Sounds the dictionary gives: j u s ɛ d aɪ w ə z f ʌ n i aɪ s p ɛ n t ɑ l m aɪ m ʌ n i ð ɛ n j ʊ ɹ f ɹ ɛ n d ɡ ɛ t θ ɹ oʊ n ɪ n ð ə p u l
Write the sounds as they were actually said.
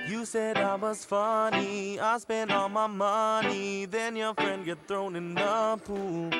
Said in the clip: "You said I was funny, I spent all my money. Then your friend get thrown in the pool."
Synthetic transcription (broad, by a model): j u s ɛ d aɪ w ə z f ʌ n i aɪ s p ɛ n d ɑ l m aɪ m ʌ n i ð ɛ n j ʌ ɹ f ɹ ɛ n d ɡ ɛ t θ ɹ oʊ n ɪ n ð ə p u l